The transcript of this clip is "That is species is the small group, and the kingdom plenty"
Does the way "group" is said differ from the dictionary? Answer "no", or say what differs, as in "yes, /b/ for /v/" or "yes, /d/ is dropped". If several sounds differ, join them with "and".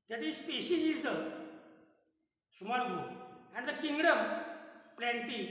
yes, /ɹ/ is dropped and /p/ is dropped